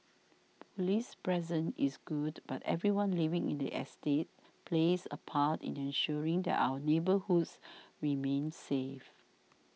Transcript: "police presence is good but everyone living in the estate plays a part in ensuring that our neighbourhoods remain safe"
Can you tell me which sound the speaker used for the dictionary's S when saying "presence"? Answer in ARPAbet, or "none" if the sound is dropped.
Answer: none